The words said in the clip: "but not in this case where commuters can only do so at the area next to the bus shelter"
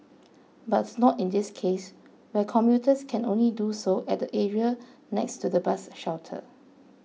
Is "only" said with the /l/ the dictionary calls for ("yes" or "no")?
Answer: yes